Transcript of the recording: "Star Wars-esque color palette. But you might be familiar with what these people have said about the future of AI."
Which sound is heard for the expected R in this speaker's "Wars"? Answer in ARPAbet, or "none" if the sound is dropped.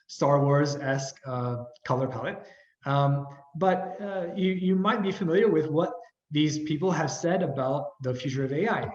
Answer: R